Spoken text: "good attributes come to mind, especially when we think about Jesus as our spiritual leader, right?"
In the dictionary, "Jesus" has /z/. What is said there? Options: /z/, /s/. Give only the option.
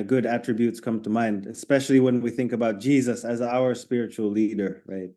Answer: /z/